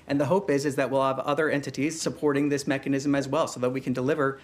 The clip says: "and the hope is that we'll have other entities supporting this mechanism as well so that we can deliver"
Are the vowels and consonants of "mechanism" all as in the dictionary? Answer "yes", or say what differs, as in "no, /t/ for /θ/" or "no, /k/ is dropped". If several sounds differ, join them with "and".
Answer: yes